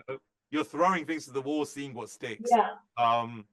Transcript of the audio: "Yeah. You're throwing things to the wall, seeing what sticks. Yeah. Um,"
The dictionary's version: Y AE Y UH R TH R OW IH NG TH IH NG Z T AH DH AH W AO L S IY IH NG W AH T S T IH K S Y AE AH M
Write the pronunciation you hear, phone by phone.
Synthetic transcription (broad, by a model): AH Y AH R TH R OW IH NG TH IH NG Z T AH DH AH W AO S IY IH NG W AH T S T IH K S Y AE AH M